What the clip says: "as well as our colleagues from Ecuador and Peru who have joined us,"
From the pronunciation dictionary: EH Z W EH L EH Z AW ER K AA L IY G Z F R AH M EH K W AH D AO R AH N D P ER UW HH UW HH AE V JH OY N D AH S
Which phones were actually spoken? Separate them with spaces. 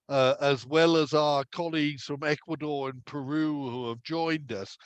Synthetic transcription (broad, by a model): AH Z W EH L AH Z AW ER K AA L IY G Z F R AH M EH K W AH D AO R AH N P ER UW HH UW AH V JH OY N D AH S